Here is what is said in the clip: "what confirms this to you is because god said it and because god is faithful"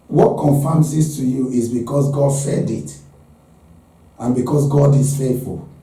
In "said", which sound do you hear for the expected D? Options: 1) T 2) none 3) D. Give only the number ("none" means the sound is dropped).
3